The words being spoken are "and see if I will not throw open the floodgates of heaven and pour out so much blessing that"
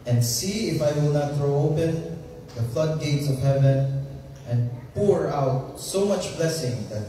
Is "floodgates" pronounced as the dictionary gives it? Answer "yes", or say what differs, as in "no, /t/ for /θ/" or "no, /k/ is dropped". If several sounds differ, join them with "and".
yes